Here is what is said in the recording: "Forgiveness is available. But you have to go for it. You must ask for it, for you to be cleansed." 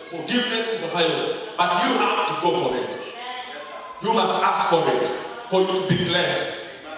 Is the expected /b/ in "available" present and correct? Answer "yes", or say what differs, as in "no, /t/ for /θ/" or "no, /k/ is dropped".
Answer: no, /b/ is dropped